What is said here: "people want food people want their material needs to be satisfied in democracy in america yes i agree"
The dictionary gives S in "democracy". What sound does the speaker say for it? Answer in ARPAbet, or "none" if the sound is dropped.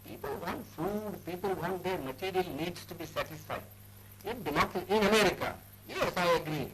none